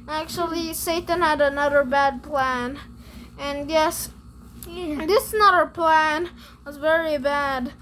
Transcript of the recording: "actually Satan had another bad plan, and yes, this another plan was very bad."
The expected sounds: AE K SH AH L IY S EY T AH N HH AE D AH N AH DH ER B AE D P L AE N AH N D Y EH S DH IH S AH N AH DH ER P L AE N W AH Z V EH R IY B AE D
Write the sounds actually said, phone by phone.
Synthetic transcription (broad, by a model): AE K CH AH L IY S EY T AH N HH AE D AH N AH DH ER B AE D P L AE N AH N Y EH S DH IH S N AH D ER P L AE N W AH Z V EH R IY B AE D